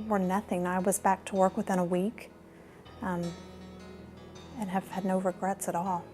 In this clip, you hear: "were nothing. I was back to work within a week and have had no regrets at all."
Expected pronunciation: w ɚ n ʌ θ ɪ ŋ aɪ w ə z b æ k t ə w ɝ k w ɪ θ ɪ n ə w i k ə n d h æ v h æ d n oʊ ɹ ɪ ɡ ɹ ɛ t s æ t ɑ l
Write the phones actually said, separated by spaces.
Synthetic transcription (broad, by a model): w ɚ n ʌ θ ɪ ŋ aɪ w ə z b æ k t ə w ɝ k w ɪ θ ɪ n ə w i k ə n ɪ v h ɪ d n oʊ ɹ ɪ ɡ ɹ ɛ t s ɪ t ɑ l